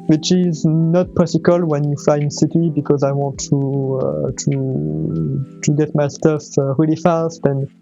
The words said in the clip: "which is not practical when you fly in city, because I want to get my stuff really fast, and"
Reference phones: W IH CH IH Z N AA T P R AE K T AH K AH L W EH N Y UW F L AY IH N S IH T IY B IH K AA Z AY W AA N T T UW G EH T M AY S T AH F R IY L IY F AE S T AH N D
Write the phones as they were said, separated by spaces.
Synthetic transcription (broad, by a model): W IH CH IH Z N AA T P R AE T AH K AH L W EH N Y UW F AY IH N S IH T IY B IH K AA Z AY W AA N T T UW G EH T M AY S T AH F R IY L IY F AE S T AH N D